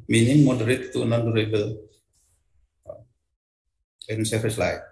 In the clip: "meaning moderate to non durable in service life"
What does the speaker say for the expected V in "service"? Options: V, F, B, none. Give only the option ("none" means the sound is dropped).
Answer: F